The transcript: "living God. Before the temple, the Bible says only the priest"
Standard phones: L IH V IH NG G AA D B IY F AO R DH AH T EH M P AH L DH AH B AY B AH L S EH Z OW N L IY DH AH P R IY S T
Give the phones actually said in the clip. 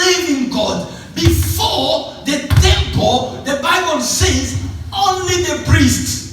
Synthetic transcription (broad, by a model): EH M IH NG G AA D B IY F AO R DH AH T EH M P AH L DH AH B AY B AH L S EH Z OW N L IY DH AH P R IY S T